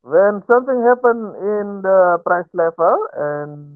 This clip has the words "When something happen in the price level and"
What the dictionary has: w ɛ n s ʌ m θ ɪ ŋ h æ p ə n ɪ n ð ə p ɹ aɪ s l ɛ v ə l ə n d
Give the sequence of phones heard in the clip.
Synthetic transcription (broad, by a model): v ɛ n s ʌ m t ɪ ŋ h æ p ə n ɪ n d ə p ɹ aɪ s l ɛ f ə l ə n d